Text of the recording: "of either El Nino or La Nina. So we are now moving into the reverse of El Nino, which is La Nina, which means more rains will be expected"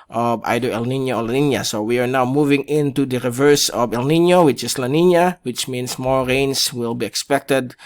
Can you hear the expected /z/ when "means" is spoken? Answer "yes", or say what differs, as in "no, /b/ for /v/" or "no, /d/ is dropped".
no, /s/ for /z/